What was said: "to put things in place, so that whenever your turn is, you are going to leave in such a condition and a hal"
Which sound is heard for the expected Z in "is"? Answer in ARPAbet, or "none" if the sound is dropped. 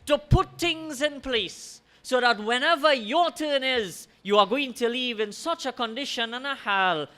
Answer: Z